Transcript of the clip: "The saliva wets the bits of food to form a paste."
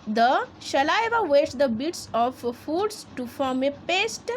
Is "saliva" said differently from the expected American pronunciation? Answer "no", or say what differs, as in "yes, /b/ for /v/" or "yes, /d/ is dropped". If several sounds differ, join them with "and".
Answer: yes, /ʃ/ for /s/